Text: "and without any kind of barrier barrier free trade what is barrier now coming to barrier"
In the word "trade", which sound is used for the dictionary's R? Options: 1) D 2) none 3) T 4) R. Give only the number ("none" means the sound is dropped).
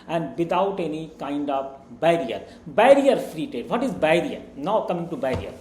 2